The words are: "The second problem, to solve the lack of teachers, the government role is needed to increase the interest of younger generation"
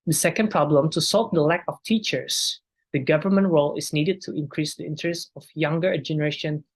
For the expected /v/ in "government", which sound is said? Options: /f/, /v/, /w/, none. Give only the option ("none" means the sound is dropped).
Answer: /v/